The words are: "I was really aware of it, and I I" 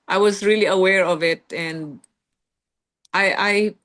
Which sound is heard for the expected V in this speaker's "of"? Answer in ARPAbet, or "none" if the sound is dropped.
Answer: V